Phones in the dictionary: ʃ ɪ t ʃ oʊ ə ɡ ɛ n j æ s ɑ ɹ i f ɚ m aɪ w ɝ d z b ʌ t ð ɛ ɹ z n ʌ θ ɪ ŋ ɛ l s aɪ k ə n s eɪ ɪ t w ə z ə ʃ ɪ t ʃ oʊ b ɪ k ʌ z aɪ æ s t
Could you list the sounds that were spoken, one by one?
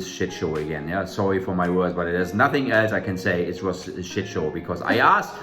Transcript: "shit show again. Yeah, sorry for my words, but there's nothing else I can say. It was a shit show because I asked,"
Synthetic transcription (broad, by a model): ʃ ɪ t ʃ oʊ ə ɡ ɛ n j æ s ɑ ɹ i f ɚ m aɪ w ɝ d z b ʌ t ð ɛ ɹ z n ʌ θ ɪ ŋ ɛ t aɪ k ə n s eɪ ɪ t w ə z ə ʃ ɪ t ʃ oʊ b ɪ k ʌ z aɪ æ s